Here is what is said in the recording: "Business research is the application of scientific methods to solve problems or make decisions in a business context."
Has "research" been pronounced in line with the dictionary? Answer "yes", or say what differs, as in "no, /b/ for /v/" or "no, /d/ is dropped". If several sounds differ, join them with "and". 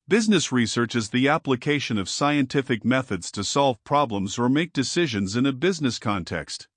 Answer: yes